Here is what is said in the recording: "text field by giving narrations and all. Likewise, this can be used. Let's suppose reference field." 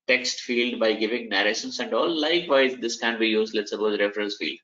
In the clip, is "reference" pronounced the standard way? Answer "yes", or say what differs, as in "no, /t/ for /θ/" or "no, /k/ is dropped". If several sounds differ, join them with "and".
yes